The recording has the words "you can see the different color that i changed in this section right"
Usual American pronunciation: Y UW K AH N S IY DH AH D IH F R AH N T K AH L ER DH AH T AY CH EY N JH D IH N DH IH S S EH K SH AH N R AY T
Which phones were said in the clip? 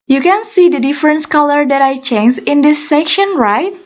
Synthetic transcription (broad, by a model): Y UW K AH N S IY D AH D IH F R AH N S K AH L ER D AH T AY CH EY N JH IH N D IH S S EH K SH AH N R AY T